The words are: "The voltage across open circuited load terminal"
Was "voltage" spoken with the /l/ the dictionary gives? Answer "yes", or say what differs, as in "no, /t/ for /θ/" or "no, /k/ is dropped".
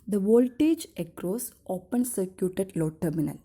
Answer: yes